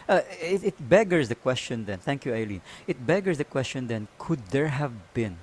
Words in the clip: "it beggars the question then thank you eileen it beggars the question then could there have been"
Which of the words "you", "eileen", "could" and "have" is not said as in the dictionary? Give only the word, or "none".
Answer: none